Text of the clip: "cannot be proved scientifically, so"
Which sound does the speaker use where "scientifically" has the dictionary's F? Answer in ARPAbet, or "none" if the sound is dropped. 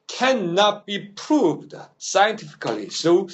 F